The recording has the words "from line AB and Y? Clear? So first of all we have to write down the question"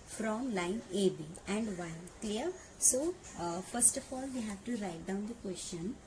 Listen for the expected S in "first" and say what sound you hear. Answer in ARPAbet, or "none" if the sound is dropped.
S